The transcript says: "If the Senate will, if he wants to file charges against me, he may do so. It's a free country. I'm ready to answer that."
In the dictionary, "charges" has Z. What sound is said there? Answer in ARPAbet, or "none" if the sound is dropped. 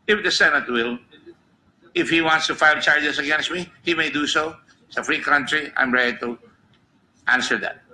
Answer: S